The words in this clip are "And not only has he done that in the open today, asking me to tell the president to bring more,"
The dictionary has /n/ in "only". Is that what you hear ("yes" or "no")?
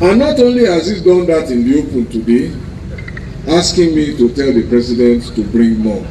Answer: yes